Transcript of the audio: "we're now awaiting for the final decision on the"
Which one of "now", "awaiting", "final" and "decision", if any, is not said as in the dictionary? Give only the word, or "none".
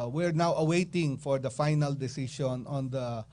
decision